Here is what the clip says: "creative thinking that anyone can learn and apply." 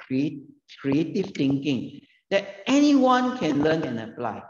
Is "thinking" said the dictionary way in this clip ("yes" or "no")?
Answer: no